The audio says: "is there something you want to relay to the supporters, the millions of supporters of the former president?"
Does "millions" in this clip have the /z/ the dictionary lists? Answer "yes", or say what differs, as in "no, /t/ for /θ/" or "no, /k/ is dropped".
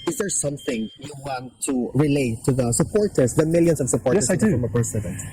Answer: no, /s/ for /z/